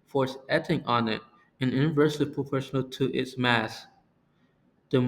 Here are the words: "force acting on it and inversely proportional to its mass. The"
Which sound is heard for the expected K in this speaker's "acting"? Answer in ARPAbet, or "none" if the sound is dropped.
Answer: none